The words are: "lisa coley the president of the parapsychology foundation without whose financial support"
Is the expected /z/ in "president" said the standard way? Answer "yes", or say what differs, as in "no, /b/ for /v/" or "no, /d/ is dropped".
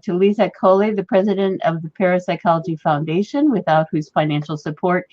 yes